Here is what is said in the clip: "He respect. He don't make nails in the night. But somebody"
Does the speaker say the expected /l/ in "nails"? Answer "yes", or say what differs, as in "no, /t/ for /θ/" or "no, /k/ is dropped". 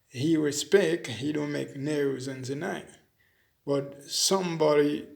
no, /l/ is dropped